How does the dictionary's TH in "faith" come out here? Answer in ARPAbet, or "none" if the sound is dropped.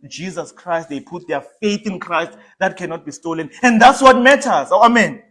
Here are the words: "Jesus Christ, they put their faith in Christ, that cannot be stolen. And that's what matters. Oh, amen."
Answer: TH